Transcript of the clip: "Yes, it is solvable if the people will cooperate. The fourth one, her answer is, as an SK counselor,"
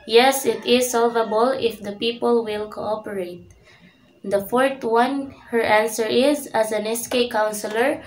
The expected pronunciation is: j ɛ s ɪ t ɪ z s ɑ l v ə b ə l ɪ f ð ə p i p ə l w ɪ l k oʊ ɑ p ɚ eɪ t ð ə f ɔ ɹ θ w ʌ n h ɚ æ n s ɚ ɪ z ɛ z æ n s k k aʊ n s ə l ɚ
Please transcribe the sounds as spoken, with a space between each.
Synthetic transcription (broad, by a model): j ɛ s ɪ t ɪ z s ɑ l v ə b ə l ɪ f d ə p i p ə l w ɪ l k oʊ ɑ p ɚ eɪ t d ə f ɔ ɹ t w ʌ n h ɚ æ n s ɚ ɪ z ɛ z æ n s k k aʊ n s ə l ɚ